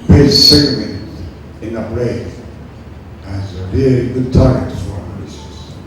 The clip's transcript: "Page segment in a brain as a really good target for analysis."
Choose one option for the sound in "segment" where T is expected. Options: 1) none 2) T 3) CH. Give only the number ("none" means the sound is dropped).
1